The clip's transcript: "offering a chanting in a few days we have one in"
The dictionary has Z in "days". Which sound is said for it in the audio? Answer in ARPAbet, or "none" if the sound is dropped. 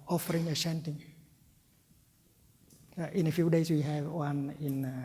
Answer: S